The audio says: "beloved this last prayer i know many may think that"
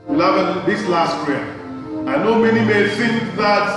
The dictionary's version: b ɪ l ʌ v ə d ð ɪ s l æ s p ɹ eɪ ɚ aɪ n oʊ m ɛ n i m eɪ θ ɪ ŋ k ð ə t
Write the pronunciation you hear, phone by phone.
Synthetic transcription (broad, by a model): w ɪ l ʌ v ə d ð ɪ s l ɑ s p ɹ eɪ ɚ aɪ n oʊ m ɛ n i m eɪ f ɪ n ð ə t